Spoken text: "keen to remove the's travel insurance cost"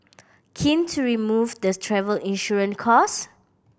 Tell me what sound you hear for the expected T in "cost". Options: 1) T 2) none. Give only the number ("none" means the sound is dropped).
2